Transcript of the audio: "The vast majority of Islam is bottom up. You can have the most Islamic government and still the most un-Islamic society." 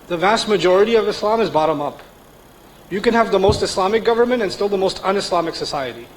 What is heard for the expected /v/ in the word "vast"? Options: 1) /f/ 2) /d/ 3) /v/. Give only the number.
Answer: 3